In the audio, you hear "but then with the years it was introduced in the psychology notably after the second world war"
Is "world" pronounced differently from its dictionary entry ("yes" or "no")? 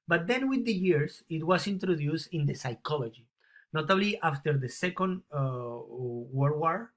yes